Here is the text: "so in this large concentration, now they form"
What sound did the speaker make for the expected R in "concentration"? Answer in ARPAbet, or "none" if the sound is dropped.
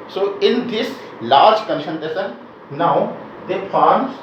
none